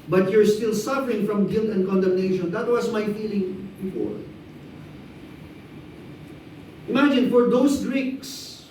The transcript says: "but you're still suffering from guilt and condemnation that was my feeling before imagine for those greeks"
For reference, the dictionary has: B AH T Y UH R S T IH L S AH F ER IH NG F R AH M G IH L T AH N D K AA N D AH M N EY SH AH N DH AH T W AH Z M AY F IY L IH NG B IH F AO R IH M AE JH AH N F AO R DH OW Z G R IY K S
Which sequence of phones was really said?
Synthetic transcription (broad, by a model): B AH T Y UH R S T IH L S AH F ER IH NG F R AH M G IH L T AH N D K AA N D AH M N EY SH AH N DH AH T W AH S M AY F IY L IH NG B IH F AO R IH M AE JH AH N F AO R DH OW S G R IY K S